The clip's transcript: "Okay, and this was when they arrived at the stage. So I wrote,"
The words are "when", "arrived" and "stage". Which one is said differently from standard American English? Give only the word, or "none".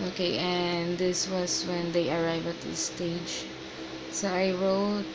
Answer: arrived